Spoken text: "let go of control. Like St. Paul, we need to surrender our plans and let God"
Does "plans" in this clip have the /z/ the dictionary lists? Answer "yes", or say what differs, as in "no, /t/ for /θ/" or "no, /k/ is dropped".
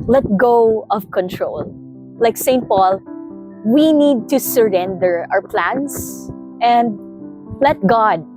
no, /s/ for /z/